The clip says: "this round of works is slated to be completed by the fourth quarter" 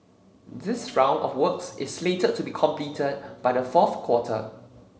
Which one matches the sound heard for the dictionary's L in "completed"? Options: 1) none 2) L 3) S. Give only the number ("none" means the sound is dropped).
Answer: 2